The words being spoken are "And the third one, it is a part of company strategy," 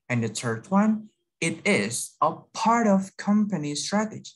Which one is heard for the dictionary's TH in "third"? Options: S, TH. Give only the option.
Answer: S